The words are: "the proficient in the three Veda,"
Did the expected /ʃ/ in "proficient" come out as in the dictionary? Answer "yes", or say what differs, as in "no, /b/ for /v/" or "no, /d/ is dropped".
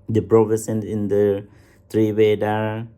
no, /s/ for /ʃ/